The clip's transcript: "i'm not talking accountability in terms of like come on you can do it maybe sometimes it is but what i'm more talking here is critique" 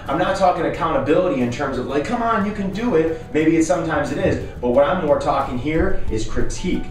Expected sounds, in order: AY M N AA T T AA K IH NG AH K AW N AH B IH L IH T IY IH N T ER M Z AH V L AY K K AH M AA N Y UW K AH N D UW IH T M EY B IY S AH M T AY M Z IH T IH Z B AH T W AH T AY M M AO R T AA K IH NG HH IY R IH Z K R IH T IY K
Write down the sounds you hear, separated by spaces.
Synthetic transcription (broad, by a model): AY M N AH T T AA K IH NG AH K AW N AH B IH L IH T IY IH N T ER M Z AH V L AY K K AH M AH N Y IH K AH N D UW IH T M EY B IY S AH M T AY M Z IH T IH Z B AH T W AH T AY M M AO R T AA K IH NG HH IY R IH Z K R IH T IY K